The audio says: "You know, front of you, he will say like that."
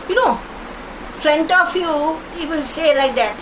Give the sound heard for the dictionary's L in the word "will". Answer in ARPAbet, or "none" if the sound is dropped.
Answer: N